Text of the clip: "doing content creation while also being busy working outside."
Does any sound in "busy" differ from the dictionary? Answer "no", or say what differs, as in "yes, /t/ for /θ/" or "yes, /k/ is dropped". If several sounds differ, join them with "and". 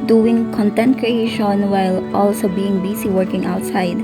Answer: yes, /s/ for /z/